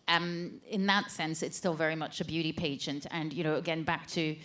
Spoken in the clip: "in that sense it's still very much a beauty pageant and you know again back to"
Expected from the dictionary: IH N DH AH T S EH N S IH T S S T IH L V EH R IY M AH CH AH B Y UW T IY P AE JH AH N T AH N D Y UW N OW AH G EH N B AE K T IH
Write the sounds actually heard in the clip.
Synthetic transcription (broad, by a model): IH N DH AH T S EH N S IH T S S T IH L V EH R IY M AH CH AH B Y UW T IY P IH SH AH N T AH N Y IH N OW AH G EH N B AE K T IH